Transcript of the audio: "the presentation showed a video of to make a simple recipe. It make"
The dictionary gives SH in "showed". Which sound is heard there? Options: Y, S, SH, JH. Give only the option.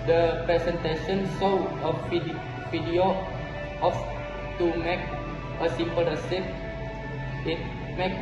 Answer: S